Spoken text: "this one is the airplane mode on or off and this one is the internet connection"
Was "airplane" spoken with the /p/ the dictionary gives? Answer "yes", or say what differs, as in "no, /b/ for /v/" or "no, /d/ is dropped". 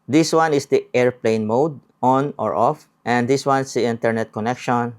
yes